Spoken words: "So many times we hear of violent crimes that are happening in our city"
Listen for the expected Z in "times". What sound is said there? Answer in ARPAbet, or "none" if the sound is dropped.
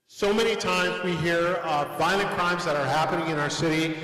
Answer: Z